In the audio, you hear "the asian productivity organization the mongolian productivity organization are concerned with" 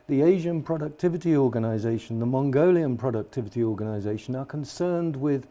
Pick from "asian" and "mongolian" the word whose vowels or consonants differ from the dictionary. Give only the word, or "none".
none